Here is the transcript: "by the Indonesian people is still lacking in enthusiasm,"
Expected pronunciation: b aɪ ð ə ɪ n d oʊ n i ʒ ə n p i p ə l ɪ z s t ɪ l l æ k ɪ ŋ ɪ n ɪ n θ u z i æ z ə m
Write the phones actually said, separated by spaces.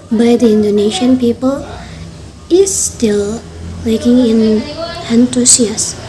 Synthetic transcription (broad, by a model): b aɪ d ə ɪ n d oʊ n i ʃ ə n p i p ə l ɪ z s t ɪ l w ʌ k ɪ ŋ ɪ n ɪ n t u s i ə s